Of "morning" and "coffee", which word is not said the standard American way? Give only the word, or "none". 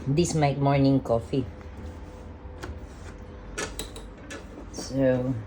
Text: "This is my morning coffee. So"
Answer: none